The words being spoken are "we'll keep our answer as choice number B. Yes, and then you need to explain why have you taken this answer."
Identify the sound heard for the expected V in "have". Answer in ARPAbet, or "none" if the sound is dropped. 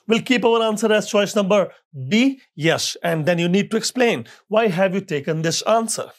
V